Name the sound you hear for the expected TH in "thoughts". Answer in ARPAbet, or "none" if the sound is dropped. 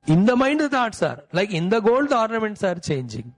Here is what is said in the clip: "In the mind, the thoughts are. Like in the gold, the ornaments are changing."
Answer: T